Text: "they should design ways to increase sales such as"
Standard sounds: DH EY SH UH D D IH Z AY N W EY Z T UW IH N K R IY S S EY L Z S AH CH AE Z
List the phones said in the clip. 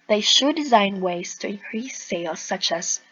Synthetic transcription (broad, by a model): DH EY SH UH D D IH Z AY N W EY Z T UW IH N K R IY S S EY L S AH CH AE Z